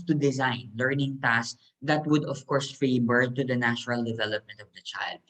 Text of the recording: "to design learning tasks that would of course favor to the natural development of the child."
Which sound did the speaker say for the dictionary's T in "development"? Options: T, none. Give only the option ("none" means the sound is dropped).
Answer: T